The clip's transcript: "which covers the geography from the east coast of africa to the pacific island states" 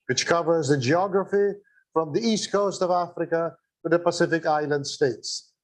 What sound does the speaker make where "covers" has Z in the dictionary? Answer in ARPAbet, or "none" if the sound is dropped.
Z